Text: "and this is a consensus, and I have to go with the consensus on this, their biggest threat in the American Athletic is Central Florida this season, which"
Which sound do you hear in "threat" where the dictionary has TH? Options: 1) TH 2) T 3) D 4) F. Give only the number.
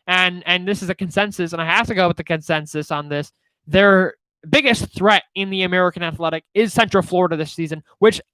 1